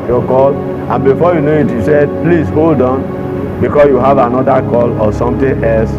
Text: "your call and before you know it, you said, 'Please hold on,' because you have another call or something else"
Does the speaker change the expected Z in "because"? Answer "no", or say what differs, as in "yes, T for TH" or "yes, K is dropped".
yes, S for Z